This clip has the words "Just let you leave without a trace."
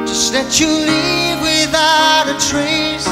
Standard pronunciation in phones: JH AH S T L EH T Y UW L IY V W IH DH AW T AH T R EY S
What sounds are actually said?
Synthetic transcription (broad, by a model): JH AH S T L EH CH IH L IY V W IH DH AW AH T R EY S